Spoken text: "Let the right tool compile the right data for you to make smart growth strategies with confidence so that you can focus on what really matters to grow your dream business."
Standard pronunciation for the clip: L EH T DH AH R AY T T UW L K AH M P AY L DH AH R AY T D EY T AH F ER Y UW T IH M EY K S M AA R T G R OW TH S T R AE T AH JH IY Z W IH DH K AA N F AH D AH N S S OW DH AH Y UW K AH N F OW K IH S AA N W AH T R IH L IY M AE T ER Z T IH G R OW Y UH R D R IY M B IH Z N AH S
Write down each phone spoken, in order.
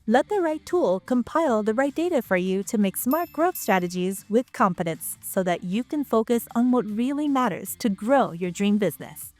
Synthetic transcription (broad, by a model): L EH T DH AH R AY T T UW L K AH M P AY L DH AH R AY T D EY T AH F ER Y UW T IH M EY K S M AA R T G R OW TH S T R AE T AH JH IY Z W IH DH K AA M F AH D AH N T S OW DH AH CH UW K AH N F OW K IH S N W AH T R IH L IY M AE T ER Z T IH G R OW Y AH R D R IY M B IH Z N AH S